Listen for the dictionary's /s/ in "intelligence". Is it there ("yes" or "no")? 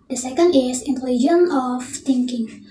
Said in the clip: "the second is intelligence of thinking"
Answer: no